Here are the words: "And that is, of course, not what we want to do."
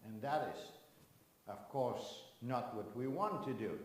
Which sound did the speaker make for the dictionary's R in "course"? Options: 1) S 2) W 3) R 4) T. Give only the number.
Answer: 3